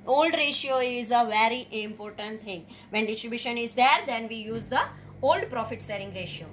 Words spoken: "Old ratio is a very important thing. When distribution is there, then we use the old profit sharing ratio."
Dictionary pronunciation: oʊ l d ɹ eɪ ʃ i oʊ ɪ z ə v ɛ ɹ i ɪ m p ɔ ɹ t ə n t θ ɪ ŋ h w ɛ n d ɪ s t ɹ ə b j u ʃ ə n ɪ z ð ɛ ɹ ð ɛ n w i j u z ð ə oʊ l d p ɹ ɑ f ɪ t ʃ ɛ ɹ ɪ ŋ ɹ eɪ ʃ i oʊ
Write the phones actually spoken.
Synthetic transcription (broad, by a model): oʊ l d ɹ eɪ ʃ i oʊ ɪ z ə v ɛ ɹ i ɪ m p ɔ ɹ t ə n t t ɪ ŋ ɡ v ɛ n d ɪ s t ɹ ə b j u ʃ ə n ɪ z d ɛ ɹ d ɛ n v i j u z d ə oʊ l d p ɹ ɑ f ɪ t s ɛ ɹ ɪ ŋ ɹ eɪ ʃ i oʊ